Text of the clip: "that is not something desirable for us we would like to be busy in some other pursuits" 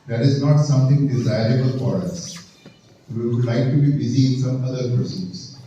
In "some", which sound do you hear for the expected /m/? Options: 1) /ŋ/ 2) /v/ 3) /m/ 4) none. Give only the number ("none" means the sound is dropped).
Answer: 3